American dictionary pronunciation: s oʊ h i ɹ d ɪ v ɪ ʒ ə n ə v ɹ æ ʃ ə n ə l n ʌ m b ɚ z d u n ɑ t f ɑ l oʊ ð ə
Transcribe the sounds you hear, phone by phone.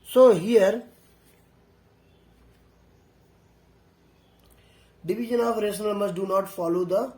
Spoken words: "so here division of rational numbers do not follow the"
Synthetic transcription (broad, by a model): s oʊ h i ɹ d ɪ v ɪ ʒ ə n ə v ɹ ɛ s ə n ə l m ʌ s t d u n ɑ t f ɑ l oʊ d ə